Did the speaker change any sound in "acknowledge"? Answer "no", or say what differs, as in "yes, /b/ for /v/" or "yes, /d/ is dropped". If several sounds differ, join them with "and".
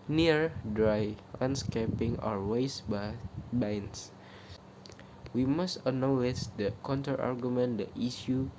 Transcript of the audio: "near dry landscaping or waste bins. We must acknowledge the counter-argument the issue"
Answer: yes, /k/ is dropped